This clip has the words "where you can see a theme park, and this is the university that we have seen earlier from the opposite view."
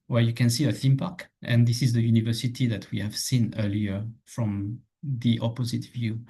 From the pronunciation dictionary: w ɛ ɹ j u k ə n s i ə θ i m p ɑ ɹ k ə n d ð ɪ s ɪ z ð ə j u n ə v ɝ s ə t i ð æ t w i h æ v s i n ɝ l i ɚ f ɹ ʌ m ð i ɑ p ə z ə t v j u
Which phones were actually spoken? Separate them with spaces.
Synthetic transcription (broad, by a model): w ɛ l j u k ə n s i ə θ i m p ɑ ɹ k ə n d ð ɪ s ɪ z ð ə j u n ə v ɝ s ə t i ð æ t w i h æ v s i n ɝ l i ɚ f ɹ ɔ m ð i ɑ p ə z ə t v j u